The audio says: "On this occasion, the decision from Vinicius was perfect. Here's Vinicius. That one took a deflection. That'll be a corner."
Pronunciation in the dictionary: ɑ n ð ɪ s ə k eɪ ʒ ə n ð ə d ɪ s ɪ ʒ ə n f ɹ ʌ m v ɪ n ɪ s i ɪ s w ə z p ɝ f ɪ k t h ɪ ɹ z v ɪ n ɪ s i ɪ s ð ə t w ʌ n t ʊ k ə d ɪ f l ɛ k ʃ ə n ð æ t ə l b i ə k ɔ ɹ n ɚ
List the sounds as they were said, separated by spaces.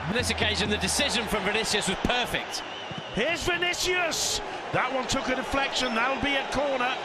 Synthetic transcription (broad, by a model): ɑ n ð ɪ s ə k eɪ ʒ ə n ð ə d ɪ s ɪ ʒ ə n f ɹ ʌ m v ɪ n ɪ s i ɪ s w ə z p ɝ f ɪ k t h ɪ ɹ z v ɪ n ɪ s i ɪ s ð ə t w ʌ n t ʊ k ə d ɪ f l ɛ k ʃ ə n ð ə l b i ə k ɔ ɹ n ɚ